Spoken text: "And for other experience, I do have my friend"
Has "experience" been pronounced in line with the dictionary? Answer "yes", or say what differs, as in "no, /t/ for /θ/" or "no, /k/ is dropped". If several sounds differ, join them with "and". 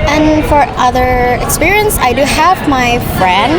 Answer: yes